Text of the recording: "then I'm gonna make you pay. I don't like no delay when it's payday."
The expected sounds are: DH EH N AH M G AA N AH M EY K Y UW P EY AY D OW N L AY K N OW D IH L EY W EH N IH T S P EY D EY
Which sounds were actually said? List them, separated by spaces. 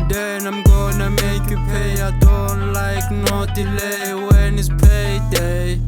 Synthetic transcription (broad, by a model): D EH N AH M G AA N AH M EY K Y UW P EY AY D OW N L AY K N OW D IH L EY W EH N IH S P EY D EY